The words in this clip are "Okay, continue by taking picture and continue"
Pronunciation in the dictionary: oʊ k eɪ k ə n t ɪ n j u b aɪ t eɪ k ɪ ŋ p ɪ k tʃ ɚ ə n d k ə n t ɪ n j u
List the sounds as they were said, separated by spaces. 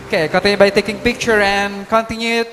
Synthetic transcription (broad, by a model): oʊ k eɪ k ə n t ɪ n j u b aɪ t eɪ k ɪ ŋ p ɪ k tʃ ɚ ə n k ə n t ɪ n j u